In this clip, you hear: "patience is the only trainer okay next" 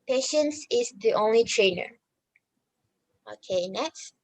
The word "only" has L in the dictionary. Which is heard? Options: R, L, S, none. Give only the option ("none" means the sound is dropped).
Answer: L